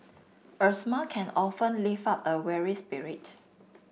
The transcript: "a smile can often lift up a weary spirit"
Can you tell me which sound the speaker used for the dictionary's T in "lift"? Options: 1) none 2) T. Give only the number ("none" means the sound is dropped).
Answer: 1